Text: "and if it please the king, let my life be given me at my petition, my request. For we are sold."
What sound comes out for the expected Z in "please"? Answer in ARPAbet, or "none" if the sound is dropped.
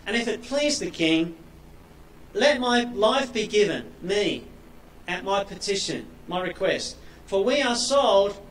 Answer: Z